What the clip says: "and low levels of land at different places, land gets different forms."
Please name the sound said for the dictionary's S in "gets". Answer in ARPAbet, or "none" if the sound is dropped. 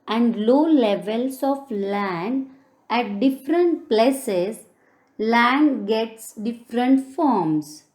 S